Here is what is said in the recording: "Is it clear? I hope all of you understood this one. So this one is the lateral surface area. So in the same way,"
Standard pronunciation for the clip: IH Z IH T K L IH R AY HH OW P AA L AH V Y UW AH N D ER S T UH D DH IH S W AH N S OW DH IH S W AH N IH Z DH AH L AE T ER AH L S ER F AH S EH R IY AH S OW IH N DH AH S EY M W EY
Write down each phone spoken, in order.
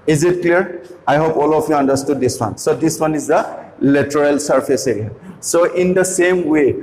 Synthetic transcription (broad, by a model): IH Z IH T K L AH R AY HH OW P AA L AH P Y UW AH N D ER S T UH D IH S W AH N S OW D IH S W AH N IH Z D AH L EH T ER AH L S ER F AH S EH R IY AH S OW IH N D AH S EY M W EY